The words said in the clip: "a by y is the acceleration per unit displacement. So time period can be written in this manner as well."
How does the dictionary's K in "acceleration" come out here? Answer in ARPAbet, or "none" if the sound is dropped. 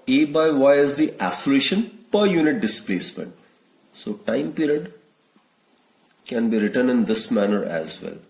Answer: none